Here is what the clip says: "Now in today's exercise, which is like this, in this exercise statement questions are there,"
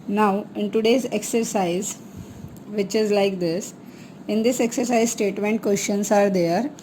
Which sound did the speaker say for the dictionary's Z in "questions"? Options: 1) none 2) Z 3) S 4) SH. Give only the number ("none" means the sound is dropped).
3